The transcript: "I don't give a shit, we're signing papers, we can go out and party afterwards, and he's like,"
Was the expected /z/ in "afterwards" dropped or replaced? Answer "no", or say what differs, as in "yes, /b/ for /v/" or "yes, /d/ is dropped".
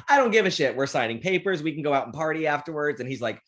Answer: no